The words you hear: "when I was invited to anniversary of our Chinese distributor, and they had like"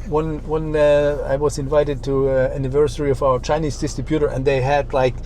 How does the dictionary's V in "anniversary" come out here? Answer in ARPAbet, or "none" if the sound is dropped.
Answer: V